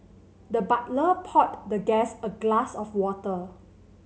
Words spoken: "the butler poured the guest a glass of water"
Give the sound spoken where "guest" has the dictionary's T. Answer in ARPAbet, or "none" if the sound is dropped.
none